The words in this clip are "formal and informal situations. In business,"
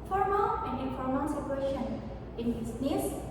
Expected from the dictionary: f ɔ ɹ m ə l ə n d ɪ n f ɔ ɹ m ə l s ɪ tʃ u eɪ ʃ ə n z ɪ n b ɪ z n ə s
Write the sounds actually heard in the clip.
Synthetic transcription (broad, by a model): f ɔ ɹ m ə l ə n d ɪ f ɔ ɹ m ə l s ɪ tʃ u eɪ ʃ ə n ɪ n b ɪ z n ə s